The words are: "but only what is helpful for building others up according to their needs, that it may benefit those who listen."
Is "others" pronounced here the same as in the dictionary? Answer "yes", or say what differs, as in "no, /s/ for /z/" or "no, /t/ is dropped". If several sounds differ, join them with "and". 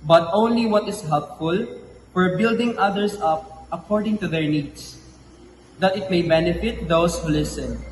no, /s/ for /z/